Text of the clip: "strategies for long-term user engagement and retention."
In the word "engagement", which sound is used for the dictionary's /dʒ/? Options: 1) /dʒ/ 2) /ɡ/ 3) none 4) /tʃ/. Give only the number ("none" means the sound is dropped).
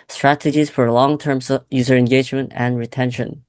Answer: 1